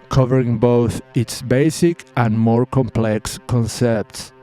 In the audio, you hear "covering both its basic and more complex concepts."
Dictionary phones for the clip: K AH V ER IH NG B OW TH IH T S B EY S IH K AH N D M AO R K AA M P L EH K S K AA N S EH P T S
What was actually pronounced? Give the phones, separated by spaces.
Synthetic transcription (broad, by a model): K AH V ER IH NG B OW TH IH T S B EY S IH K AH N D M AO R K AA M P L EH K S K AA N S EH P T S